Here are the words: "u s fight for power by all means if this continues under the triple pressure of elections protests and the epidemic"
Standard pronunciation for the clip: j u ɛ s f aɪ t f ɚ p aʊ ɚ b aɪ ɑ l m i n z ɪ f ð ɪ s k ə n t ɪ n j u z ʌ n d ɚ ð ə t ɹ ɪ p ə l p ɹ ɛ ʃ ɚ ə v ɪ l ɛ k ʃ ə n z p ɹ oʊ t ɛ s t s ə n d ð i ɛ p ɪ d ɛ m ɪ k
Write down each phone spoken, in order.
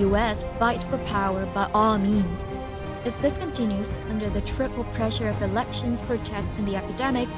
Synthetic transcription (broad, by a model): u ɛ s f aɪ t f ɚ p aʊ ɚ b aɪ ɑ l m i n z ɪ f ð ɪ s k ə n t ɪ n j u z ʌ n d ɚ ð ə t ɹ ɪ p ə l p ɹ ɛ ʃ ɚ ə v ɪ l ɛ k ʃ ə n z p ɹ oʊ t ɛ s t ə n ð i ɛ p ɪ d ɛ m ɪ k